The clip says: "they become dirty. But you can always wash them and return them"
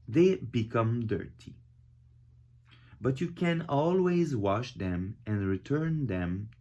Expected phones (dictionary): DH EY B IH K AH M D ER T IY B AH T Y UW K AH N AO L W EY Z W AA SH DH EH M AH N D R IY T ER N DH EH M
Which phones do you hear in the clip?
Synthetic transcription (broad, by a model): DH EY B IH K AH M D ER T IY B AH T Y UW K AH N AO L W EY Z W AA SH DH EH M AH N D R IY T ER N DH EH M